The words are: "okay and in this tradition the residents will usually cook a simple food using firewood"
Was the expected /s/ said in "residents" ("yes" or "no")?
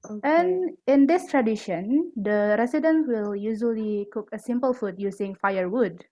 no